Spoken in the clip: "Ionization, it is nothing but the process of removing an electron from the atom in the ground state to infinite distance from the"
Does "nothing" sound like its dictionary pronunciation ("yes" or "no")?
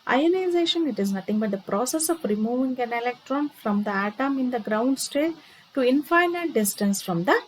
no